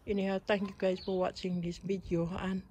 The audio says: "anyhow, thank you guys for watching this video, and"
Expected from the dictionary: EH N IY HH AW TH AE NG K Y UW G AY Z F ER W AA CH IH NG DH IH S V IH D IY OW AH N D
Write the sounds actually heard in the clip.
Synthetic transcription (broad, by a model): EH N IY HH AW T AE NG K Y UW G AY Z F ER W AA CH IH NG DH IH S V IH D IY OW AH N